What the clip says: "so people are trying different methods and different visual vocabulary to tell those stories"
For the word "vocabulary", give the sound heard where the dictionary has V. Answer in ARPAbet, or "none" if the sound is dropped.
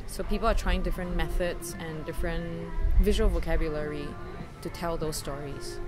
V